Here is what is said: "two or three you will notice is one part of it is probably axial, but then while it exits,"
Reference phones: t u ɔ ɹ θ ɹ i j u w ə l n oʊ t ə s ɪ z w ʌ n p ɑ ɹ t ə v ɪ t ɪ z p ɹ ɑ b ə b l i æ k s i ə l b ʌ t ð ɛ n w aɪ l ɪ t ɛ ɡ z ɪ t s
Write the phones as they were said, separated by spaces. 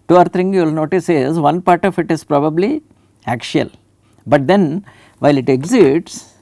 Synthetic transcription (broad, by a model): t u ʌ ɹ t ɹ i j u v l n oʊ t ə s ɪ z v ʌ n p ɑ ɹ t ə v ɪ t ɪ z p ɹ ɑ b ə b l i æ k ʃ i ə l b ʌ t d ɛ n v aɪ l ɪ t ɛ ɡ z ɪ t s